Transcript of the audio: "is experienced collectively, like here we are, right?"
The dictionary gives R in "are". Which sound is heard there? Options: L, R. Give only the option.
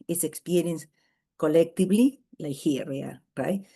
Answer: L